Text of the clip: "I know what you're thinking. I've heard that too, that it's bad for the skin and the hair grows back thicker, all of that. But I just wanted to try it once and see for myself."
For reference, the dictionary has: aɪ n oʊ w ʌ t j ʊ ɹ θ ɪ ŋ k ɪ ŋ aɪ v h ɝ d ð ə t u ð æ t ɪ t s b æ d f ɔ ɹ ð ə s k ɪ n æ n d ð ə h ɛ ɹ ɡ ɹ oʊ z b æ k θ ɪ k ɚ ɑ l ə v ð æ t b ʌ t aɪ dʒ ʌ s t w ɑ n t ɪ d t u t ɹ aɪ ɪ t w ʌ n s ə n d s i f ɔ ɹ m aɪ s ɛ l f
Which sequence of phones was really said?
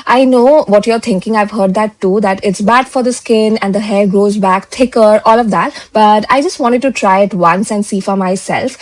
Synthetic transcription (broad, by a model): aɪ n oʊ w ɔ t j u ɹ t ɪ ŋ k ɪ ŋ aɪ v h ɝ d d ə t u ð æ t ɪ t s b æ d f ɔ ɹ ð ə s k ɪ n æ n d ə h ɛ ɹ ɡ ɹ oʊ z b æ k t ɪ k ɚ ɑ l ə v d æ t b ʌ t aɪ dʒ ʌ s t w ɑ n t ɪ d t u t ɹ aɪ ɪ t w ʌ n s ə n d s i f ɔ ɹ m aɪ s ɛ l f